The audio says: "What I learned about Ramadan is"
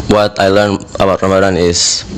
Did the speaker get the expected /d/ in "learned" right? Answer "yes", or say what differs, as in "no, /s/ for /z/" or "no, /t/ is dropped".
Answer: no, /d/ is dropped